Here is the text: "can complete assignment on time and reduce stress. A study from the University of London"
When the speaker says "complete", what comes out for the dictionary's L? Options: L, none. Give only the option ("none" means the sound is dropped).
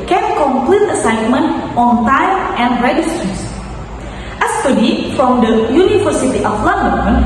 L